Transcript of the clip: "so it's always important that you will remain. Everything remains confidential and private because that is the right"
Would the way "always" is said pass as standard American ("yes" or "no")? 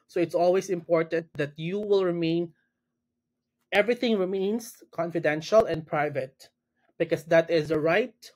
no